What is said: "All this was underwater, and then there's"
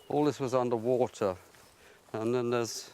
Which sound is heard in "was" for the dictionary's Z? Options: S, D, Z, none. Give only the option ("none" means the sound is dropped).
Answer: Z